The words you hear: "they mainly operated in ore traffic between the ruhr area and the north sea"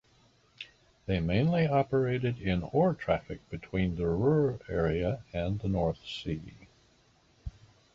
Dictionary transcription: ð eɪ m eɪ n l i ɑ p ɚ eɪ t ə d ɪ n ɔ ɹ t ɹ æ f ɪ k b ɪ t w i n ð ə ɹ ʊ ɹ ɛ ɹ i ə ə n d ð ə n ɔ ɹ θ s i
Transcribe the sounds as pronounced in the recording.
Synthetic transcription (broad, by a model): ð eɪ m eɪ n l i ɑ p ɚ eɪ t ə d ɪ n ɔ ɹ t ɹ æ f ɪ k b ɪ t w i n ð ə ɹ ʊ ɹ ɛ ɹ i ə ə n ð ə n ɔ ɹ θ s i